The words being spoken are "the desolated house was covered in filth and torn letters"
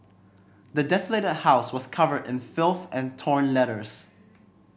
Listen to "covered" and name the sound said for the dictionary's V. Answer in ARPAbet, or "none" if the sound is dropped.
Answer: V